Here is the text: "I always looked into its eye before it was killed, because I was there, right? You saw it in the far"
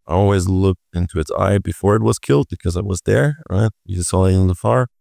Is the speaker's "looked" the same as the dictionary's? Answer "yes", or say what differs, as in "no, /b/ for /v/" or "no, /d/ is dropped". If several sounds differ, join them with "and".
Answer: yes